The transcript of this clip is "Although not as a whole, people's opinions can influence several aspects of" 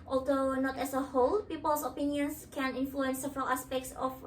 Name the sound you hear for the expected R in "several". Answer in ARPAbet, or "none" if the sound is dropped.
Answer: R